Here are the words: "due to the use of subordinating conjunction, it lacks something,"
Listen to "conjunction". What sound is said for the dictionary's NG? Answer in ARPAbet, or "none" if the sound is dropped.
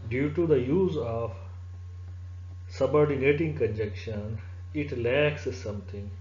none